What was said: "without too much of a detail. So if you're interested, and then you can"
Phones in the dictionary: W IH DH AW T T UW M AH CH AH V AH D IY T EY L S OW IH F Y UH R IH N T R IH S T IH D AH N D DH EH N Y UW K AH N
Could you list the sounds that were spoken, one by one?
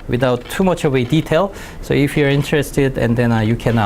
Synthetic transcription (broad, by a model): W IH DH AW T T UW M AH CH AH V AH D IY T EY L S OW IH F Y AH R IH N T R IH S T IH D AH N D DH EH N Y UW K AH N